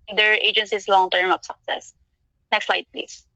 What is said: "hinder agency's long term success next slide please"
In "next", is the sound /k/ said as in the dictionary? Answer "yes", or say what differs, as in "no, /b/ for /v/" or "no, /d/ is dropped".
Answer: yes